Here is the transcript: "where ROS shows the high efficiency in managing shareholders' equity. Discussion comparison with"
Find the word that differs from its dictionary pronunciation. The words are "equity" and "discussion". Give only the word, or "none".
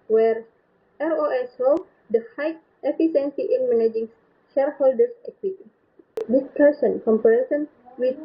discussion